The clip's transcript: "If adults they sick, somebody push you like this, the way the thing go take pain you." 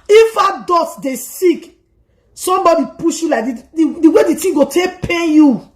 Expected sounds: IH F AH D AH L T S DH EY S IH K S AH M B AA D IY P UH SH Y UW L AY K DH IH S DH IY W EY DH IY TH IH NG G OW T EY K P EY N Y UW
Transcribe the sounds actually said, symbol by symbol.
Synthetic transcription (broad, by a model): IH F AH D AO T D EY S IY K S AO M B AA D IY P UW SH Y UW L AY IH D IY W EY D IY T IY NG G OW T EY K P EY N Y UW